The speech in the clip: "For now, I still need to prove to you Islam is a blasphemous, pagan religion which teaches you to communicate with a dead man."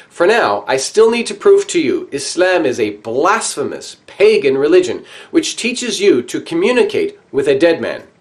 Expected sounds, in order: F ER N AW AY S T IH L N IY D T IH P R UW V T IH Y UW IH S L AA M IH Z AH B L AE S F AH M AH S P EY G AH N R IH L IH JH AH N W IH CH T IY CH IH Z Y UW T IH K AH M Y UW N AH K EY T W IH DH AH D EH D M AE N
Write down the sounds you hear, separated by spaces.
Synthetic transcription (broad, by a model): F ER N AW AY S T IH L N IY D T IH P R UW V T IH Y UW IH S L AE M IH Z AH B L AE S F AH M AH S P EY G AH N R IH L IH JH AH N W IH CH T IY CH IH Z Y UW T IH K AH M Y UW N AH K EY T W IH DH AH D EH D M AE N